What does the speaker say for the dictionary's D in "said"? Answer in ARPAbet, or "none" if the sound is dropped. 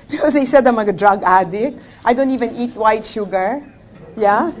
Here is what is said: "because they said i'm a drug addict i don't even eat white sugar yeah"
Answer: D